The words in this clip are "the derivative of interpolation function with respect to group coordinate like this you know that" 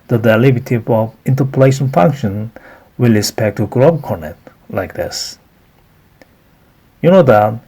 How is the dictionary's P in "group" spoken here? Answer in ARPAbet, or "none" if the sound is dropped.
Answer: B